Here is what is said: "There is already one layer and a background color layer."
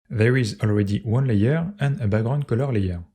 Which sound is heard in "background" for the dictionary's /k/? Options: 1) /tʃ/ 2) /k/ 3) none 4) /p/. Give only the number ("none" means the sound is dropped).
3